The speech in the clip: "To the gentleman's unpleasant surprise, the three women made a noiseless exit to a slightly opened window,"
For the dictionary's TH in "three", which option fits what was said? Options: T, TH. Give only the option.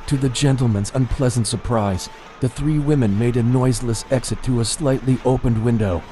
TH